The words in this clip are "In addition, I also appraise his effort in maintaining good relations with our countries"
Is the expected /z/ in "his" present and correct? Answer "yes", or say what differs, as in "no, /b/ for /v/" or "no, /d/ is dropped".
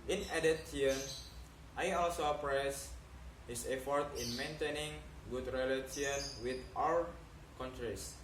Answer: no, /s/ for /z/